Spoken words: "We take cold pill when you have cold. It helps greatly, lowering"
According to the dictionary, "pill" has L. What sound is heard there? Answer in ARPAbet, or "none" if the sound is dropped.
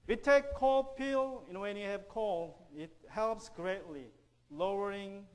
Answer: N